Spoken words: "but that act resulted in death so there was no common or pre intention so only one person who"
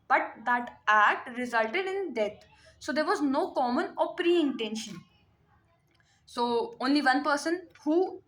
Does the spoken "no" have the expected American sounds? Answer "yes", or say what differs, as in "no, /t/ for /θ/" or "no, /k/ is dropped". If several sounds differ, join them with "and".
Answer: yes